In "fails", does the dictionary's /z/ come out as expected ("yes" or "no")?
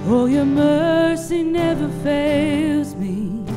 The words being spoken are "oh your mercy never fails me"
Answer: yes